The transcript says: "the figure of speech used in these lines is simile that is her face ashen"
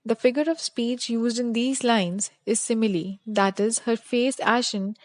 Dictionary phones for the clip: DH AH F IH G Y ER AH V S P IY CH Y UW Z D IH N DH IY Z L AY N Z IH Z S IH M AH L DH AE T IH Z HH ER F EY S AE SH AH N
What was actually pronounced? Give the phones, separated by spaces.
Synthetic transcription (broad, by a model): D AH F IH G Y ER AH V S P IY CH Y UW Z D IH N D IY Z L AY N Z IH Z S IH M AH L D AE T IH Z HH ER F EY S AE SH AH N